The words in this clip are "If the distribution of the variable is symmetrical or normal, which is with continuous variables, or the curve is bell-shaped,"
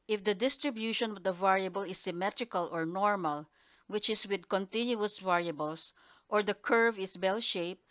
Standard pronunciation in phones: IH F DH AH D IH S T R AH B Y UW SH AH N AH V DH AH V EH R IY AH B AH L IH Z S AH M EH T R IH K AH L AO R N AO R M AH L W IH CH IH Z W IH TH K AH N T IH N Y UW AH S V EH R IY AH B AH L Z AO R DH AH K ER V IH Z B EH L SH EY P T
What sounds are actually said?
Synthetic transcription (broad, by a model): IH F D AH D IH S T R AH B Y UW SH AH N AH V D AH V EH R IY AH B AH L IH S AH M EH T R IH K AH L AO R N AO R M AH L W IH CH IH S W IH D K AH N T IH N Y UW AH S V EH R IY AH B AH L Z AO R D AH K ER V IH S B EH L SH EY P